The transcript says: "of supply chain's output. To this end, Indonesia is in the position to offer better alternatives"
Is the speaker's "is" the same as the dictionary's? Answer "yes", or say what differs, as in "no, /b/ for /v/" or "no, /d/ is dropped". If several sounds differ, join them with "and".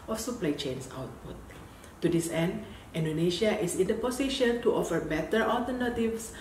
no, /s/ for /z/